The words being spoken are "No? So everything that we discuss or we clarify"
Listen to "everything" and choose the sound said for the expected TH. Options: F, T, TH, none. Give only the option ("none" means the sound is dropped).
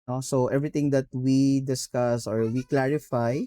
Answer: T